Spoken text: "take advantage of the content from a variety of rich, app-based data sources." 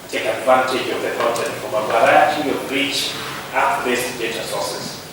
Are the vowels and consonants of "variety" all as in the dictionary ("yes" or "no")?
no